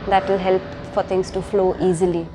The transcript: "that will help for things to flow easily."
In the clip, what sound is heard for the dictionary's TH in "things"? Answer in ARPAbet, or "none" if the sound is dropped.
T